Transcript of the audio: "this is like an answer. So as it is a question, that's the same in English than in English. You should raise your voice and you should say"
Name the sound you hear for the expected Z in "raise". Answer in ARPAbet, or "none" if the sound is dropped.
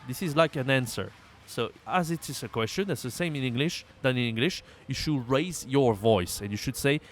Z